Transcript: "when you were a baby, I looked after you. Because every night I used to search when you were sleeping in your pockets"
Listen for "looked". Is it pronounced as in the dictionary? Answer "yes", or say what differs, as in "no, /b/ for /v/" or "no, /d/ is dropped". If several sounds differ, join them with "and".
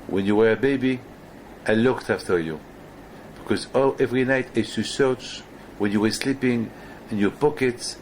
yes